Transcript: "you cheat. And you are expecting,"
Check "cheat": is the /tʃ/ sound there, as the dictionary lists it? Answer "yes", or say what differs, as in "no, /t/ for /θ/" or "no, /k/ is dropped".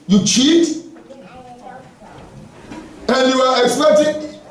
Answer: yes